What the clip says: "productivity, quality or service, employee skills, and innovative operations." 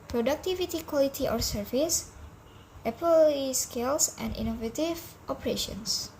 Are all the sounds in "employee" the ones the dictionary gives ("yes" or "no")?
no